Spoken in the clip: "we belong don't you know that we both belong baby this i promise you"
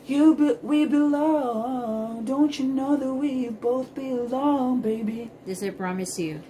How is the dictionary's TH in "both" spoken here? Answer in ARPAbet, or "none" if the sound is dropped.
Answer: TH